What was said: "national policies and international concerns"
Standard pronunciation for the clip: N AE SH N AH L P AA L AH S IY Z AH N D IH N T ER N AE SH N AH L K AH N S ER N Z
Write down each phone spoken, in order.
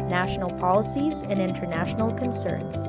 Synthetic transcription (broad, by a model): N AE SH N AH L P AA L AH S IY Z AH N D IH N T ER N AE SH N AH L K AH N S ER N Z